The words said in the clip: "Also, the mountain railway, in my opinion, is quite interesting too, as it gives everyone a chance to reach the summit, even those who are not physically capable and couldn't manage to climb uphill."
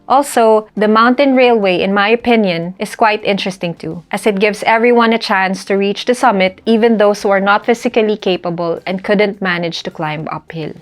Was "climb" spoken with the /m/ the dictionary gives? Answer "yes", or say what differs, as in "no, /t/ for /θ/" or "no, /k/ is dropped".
yes